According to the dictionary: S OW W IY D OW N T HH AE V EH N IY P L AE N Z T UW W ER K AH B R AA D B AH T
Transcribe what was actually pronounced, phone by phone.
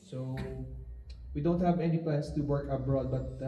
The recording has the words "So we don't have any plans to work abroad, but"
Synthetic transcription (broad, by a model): S OW W IY D OW N T HH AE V EH N IY P L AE N S T UW W ER K AH B R AA D B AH T